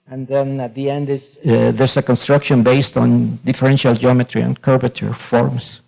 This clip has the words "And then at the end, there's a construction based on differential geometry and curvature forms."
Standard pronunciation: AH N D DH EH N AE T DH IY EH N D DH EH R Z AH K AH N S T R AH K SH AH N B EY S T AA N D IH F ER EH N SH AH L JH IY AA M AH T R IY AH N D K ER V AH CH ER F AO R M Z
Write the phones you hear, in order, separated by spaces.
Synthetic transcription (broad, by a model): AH N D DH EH N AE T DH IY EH N D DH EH R S AH K AH N S T R AH K SH AH N B EY S T AA N D IH F ER EH N SH AH L JH IY AA M AH T R IY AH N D K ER P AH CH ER F AO R M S